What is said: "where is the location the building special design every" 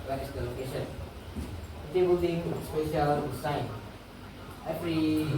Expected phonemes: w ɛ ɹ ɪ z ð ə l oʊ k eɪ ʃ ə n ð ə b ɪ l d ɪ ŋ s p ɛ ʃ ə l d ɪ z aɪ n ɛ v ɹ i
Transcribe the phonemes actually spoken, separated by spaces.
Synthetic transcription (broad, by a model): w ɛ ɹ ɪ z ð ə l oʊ k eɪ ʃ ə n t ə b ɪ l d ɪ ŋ s p ɛ ʃ ə l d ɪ s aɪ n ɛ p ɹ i